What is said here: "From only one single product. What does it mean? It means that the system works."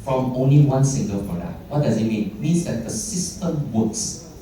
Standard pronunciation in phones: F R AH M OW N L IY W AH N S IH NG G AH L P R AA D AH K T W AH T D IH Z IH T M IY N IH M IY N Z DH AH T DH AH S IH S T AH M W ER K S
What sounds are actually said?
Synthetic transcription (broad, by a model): F R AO M OW N L IY W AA N S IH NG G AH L F R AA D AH T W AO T D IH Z IH T M IY N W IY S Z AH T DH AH S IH S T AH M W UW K S